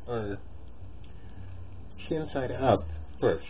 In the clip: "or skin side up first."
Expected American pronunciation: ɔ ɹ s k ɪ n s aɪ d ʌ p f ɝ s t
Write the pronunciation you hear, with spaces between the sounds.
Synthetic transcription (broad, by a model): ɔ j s ɪ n s aɪ d ʌ p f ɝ s